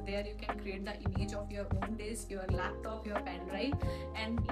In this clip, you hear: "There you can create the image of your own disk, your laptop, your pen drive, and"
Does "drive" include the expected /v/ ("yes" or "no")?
no